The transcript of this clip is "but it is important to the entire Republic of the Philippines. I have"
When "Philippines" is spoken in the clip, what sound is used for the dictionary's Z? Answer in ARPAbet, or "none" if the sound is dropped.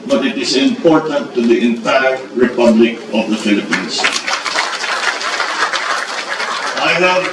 S